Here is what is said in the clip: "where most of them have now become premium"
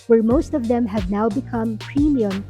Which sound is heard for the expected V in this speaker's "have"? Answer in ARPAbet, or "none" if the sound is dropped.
V